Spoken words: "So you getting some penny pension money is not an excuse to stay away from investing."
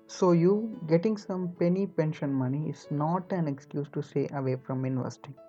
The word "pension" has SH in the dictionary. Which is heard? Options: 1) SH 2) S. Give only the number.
1